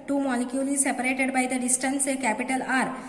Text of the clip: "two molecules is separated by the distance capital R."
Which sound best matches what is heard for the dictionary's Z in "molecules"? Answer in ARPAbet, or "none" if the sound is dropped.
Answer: none